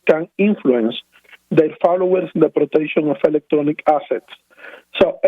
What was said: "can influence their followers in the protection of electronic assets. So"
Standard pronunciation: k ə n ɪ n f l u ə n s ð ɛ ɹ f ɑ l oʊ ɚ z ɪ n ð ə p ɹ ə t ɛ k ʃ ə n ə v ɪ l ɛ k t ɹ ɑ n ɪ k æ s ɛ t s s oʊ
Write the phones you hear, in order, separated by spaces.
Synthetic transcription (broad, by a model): k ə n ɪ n f l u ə n s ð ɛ ɹ f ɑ l oʊ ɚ s ɪ n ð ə p ɹ ə t ɛ k ʃ ə n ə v ɪ l ɛ k t ɹ ɑ n ɪ k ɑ s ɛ t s s oʊ